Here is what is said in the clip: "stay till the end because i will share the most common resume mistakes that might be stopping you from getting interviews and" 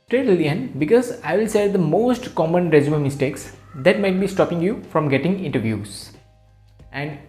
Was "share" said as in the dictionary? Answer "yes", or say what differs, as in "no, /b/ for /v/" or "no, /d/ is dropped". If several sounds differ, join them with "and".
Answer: no, /s/ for /ʃ/